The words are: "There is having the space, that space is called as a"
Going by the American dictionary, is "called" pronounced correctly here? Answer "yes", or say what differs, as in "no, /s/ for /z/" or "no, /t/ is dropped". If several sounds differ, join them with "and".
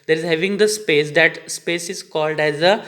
yes